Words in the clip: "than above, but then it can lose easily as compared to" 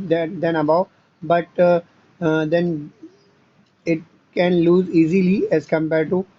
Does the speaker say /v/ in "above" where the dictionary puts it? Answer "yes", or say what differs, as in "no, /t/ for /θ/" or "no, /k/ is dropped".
no, /b/ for /v/